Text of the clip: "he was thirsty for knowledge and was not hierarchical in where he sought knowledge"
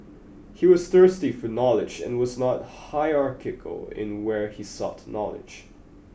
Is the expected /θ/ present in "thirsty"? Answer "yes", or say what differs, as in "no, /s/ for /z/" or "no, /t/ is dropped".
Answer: yes